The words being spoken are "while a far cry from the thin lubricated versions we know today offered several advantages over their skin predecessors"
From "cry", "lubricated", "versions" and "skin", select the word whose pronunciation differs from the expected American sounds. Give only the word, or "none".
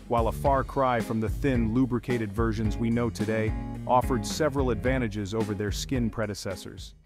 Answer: none